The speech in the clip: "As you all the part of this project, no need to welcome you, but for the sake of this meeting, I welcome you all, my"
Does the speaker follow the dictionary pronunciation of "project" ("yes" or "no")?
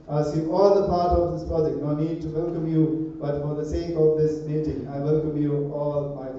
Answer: no